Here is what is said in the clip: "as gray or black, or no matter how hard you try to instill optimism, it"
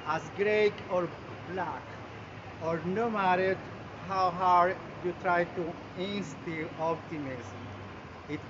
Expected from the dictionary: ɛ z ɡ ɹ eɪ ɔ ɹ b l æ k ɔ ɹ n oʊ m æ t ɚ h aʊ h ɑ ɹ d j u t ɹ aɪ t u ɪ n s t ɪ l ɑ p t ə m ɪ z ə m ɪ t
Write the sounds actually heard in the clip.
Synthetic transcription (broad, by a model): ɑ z ɡ ɹ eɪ ɔ ɹ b l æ k ɔ ɹ n oʊ m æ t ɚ h aʊ h ɑ ɹ d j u t ɹ aɪ t u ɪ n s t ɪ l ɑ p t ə m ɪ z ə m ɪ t